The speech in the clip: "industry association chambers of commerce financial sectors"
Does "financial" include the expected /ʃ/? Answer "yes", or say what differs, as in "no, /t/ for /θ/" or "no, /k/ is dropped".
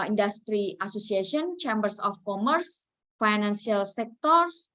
no, /s/ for /ʃ/